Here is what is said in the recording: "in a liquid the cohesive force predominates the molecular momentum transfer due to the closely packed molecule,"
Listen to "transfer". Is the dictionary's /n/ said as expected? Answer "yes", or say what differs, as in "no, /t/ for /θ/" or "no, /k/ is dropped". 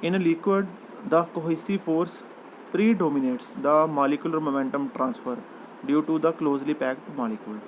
yes